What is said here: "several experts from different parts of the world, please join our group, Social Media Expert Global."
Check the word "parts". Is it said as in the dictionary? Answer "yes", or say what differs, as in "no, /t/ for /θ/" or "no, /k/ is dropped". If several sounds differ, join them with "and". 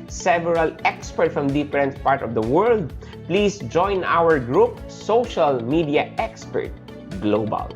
no, /s/ is dropped